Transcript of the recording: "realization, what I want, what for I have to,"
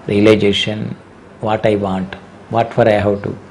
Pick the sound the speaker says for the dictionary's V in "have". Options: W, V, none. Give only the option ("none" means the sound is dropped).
W